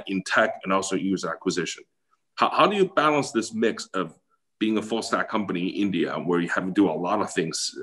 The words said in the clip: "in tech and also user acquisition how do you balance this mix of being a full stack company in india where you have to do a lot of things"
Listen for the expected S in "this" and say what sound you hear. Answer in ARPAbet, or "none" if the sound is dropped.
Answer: S